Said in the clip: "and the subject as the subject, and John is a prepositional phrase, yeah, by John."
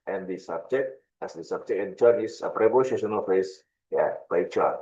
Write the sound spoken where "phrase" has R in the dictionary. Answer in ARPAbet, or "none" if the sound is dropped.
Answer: none